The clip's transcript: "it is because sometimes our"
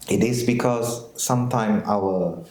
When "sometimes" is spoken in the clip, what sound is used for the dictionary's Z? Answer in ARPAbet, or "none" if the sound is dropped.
none